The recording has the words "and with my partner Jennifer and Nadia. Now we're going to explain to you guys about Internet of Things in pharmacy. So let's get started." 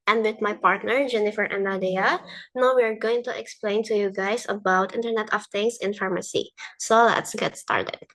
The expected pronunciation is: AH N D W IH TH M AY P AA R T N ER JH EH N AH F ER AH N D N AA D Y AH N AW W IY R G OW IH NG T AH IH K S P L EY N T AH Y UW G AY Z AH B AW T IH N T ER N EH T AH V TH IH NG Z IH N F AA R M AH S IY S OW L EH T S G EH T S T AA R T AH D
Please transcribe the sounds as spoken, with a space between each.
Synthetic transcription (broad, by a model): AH N D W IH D M AY P AA R T N ER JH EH N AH F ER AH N N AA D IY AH N AW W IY R G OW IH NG T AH IH K S P L EY N T AH Y UW G AY S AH B AW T IH N T ER N EH T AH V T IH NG S IH N F AA R M AH S IY S OW L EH T S G EH T S T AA R T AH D